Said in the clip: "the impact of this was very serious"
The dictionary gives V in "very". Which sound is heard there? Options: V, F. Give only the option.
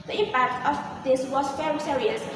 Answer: F